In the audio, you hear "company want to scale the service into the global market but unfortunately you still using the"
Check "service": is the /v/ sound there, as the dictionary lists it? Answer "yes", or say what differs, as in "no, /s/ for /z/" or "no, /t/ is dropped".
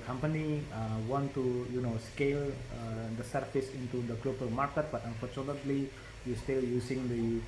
no, /f/ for /v/